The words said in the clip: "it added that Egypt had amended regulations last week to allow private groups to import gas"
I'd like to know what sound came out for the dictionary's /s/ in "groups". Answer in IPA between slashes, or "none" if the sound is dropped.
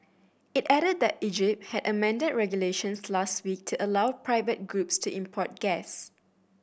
/s/